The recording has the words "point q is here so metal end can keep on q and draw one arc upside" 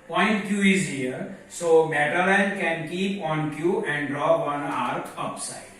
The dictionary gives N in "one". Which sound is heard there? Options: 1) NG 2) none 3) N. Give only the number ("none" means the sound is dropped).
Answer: 2